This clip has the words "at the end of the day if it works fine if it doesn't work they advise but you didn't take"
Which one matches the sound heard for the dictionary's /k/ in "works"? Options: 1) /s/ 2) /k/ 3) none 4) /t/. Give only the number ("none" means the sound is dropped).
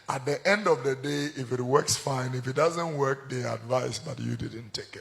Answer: 2